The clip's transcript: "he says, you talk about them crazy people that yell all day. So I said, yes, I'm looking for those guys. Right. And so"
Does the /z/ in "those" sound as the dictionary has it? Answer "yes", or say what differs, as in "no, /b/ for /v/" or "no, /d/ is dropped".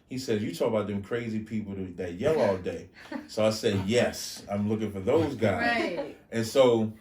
yes